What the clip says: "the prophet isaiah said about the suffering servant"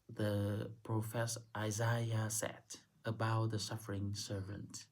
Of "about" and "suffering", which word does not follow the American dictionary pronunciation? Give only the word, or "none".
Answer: none